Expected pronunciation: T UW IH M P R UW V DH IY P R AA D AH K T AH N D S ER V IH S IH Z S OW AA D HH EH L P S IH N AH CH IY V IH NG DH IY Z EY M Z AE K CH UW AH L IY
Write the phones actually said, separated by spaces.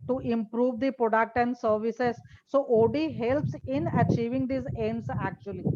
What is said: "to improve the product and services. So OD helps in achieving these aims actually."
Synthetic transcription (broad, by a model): T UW IH M P R UW V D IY P R AA D AH K T AH N D S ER V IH S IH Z S OW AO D HH EH L P S IH N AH CH IY V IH NG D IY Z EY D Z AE K CH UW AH L IY